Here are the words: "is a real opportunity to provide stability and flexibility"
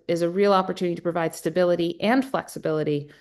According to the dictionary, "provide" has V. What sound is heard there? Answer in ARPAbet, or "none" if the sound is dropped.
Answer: V